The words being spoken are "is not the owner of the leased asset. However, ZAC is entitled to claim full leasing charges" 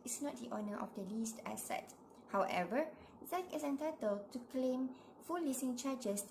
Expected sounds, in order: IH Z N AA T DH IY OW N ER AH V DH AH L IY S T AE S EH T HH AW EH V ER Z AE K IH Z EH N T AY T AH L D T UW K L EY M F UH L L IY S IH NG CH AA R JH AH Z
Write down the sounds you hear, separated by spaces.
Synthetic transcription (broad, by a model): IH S N AA T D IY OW N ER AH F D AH L IY S T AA S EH T HH AW EH V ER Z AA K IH S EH N T AY T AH L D T UW K L EY M F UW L L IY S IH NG CH AA JH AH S